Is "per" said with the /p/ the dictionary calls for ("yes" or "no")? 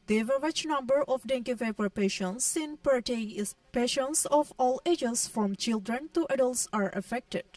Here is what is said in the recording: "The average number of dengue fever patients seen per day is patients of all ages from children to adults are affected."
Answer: yes